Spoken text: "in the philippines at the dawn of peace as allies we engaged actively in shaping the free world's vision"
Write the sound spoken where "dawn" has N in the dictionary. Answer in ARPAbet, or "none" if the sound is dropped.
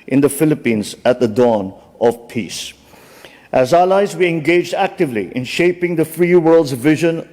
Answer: N